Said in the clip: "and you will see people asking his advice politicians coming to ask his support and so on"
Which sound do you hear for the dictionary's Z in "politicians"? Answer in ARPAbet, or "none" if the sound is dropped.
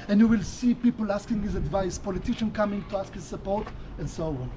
none